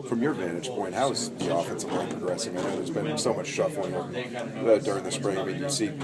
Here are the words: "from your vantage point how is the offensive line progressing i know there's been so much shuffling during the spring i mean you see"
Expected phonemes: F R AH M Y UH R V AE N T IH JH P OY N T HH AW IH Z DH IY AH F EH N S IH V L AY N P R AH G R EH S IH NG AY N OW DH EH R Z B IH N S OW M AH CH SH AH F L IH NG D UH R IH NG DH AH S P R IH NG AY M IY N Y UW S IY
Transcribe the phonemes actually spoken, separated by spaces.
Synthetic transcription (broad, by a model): F R AH M Y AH R V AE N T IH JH P OY N T HH AW IH Z DH IY AH F EH N S IH V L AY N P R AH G R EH S IH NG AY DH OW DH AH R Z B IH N S OW M AH CH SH AH F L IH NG D UH R IH NG DH AH S P R IH NG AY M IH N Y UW S IY